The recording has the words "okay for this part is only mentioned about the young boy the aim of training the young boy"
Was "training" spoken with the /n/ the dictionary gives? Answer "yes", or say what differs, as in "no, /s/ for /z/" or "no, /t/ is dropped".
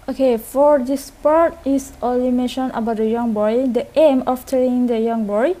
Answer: no, /l/ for /n/